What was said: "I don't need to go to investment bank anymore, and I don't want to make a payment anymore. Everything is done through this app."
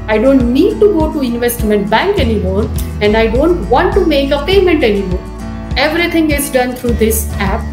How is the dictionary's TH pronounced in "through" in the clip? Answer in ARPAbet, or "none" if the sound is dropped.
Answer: T